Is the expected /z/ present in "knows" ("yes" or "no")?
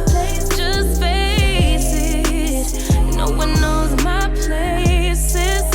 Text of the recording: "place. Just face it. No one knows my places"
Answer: yes